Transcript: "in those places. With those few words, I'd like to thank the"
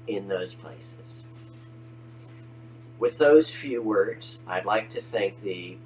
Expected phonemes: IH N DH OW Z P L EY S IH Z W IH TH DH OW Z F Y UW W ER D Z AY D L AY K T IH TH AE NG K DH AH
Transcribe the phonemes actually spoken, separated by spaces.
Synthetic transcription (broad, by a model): IH N DH OW Z P L EY S IH Z W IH DH OW Z F Y UW W ER D Z AY D L AY K T IH TH AE NG K DH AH